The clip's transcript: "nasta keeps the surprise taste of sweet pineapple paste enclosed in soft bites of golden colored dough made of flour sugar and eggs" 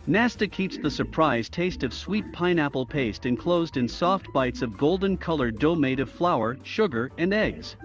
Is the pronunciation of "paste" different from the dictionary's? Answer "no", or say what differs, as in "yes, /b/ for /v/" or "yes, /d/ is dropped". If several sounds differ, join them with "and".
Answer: no